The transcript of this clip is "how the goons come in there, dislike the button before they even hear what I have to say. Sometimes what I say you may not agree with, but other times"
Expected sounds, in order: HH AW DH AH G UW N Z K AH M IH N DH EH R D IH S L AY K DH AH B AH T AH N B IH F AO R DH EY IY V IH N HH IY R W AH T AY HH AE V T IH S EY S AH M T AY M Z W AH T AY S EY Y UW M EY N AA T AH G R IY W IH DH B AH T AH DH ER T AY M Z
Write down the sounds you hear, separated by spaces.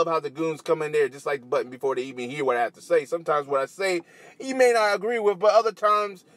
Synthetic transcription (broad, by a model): HH AW DH AH G UW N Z K AH M IH N DH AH R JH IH S L AY K DH AH B AH T N B IH F AO R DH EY IY V IH N HH IY R W AH T AY HH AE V T IH S EY S AH M T AY M Z W AH T AY S EY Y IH M EY N AA T AH G R IY W IH DH B AH T AH DH ER T AY M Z